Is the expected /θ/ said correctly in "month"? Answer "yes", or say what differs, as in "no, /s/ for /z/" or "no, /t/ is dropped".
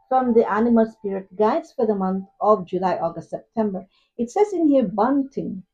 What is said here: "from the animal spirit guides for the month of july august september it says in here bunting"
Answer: no, /t/ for /θ/